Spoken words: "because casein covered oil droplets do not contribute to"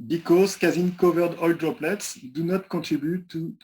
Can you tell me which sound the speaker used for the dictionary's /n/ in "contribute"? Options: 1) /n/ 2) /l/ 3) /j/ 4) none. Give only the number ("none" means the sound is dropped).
4